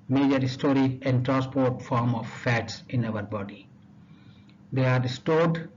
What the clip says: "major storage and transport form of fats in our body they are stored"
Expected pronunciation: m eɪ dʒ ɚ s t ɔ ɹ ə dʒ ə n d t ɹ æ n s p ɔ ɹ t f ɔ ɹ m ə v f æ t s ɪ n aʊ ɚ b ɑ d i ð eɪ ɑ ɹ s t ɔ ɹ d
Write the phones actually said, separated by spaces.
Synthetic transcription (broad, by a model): m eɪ dʒ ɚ s t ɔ ɹ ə ə n d t ɹ æ n s p ɔ ɹ t f ɔ ɹ m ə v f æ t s ɪ n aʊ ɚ b ɑ d i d eɪ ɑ ɹ s t ɔ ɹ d